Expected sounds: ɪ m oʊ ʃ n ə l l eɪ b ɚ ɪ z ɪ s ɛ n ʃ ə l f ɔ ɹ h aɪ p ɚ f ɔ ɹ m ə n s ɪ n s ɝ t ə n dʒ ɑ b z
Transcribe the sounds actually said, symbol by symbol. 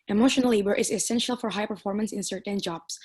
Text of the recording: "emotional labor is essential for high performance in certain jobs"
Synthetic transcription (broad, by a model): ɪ m oʊ ʃ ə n l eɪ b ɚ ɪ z ɪ s ɛ n ʃ ə l f ɔ ɹ h aɪ p ɚ f ɔ ɹ m ə n s ɪ n s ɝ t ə n dʒ ɑ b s